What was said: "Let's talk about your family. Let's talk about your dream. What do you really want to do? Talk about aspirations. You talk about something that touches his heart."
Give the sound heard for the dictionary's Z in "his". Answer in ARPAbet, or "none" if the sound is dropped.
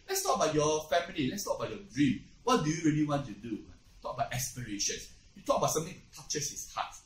S